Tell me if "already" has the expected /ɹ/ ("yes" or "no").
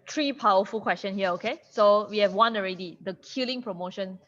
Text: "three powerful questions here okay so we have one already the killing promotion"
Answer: yes